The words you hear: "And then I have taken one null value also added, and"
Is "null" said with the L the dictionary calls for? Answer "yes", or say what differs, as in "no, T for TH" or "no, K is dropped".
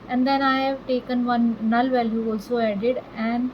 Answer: yes